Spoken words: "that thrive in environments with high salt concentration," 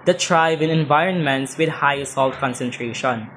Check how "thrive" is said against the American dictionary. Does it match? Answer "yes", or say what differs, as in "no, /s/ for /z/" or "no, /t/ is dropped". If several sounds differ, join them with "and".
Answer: no, /t/ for /θ/